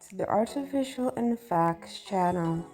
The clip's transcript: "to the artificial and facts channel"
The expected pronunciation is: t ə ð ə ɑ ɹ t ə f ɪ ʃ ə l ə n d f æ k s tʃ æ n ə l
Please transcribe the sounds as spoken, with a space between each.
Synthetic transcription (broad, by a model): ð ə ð ɑ ɹ t ə f ɪ ʃ ə l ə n f æ k s tʃ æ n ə l